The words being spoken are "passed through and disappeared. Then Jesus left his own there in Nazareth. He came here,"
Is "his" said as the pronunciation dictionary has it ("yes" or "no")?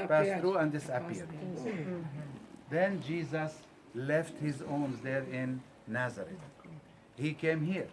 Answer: yes